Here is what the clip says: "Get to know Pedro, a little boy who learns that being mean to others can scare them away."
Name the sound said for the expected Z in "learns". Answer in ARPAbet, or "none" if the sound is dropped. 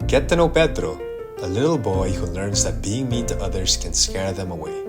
Z